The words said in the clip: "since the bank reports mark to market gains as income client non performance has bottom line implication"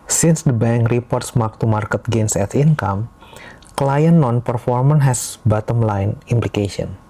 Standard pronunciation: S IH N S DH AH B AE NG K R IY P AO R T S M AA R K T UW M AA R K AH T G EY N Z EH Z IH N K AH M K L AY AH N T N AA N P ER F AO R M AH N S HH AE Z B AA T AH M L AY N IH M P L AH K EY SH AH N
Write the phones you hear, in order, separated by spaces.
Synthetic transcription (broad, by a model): S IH N S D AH B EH NG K R IY P AO R T S M AA K T UW M AA R K AH T G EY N S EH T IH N K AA M K L AY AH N N AA N P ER F AO R M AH N HH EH S B AA T AH M L AY N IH M P L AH K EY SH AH N